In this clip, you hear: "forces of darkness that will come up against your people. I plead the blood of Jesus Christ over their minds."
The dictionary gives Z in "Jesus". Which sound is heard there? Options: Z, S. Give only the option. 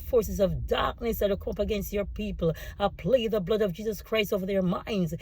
Z